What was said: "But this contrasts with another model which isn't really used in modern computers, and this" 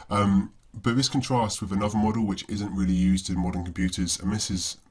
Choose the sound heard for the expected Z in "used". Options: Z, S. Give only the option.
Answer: Z